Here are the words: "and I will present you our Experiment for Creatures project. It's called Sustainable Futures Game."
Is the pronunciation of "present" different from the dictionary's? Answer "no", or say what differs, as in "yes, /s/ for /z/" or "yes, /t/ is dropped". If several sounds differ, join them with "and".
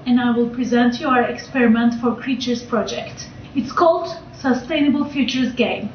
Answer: no